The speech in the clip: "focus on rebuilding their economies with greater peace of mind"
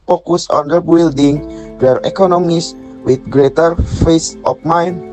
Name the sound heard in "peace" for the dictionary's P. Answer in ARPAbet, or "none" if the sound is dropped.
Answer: F